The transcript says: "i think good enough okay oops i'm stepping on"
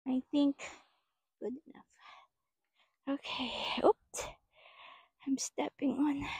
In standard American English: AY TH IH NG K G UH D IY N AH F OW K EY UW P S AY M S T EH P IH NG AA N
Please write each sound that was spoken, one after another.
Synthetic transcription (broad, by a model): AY TH IH NG K G UH D IY N AH F OW K EY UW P AY M S T EH P IH NG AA N